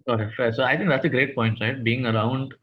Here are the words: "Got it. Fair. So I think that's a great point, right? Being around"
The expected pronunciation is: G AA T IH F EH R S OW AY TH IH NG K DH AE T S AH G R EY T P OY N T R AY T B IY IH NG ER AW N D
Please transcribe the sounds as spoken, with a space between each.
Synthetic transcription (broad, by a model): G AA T IH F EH S OW AY T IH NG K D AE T S AH G R EY T P OY N T R AY T B IY IH NG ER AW N D